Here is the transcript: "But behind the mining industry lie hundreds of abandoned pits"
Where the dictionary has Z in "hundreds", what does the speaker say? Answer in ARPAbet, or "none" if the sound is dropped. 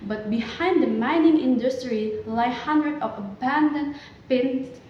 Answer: none